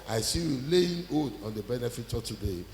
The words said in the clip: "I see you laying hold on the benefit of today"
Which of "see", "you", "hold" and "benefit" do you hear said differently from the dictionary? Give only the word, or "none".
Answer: hold